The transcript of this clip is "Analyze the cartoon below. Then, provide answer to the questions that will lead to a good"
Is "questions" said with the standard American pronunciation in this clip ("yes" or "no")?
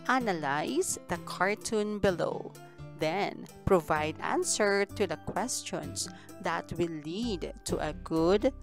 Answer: no